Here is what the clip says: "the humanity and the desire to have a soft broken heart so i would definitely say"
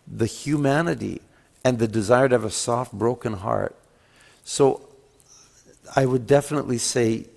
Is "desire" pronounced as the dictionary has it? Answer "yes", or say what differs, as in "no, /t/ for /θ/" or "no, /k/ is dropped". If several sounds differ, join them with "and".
yes